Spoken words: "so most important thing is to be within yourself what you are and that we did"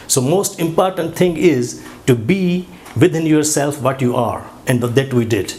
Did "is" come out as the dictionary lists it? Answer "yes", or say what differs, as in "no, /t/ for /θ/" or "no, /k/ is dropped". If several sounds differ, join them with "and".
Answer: yes